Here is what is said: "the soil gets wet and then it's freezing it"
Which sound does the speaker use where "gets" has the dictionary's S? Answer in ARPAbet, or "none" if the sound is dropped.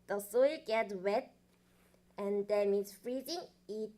none